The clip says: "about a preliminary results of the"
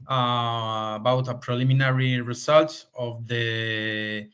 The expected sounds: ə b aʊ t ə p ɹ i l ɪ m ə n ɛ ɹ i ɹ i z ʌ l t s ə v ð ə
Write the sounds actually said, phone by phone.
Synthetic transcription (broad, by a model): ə b aʊ t ə p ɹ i l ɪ m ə n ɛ ɹ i ɹ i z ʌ l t ə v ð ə